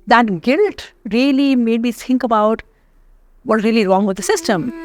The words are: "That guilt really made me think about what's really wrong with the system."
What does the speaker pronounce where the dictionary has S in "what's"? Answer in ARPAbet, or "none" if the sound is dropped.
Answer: none